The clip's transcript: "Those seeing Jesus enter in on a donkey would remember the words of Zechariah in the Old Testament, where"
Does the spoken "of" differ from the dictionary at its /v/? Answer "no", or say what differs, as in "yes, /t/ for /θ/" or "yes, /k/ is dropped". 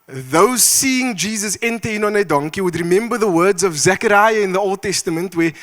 no